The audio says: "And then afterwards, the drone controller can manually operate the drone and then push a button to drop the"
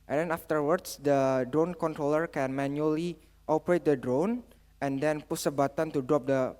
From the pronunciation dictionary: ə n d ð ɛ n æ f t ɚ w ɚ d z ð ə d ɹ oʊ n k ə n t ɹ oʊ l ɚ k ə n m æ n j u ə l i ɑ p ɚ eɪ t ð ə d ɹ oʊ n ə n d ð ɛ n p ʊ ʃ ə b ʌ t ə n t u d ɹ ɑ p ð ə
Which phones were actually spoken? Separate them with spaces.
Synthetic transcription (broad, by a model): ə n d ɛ n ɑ f t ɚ w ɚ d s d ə d ɹ oʊ n k ə n t ɹ oʊ l ɚ k ə n m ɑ n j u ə l i ɑ p ɚ eɪ t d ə d ɹ oʊ n ə n d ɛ n p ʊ s ə b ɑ t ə n t u d ɹ ɑ p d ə